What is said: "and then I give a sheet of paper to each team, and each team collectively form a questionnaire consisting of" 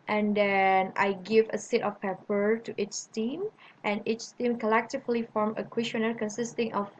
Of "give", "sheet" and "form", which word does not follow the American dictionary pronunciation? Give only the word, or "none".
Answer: sheet